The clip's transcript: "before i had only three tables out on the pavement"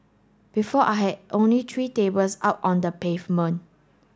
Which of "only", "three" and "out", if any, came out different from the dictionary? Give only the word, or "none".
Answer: three